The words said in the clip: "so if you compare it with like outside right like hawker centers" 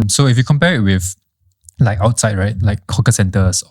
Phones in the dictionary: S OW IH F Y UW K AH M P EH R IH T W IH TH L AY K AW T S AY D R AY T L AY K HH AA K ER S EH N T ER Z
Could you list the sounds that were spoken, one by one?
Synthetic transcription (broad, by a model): S OW IH F Y UW K AH M P EH R IH T W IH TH L AY K AW T S AY D R AY T L AY K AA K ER S EH N T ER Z